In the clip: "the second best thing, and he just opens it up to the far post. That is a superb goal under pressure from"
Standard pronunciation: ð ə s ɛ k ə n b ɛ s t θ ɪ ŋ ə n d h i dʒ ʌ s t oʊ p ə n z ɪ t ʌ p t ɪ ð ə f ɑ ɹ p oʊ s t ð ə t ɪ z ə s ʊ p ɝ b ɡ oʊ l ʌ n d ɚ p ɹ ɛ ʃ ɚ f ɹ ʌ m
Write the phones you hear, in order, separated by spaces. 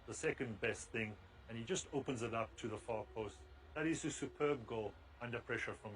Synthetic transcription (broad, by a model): ð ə s ɛ k ə n b ɛ s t θ ɪ ŋ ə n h i dʒ ʌ s t oʊ p ə n z ɪ t ʌ p t ɪ ð ə f ɑ ɹ p oʊ s t ð ə t ɪ z ə s ʊ p ɝ b ɡ oʊ l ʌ n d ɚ p ɹ ɛ ʃ ɚ f ɹ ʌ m